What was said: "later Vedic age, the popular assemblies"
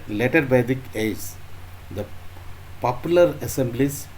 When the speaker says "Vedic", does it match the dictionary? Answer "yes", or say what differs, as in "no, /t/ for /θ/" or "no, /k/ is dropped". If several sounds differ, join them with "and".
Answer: no, /b/ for /v/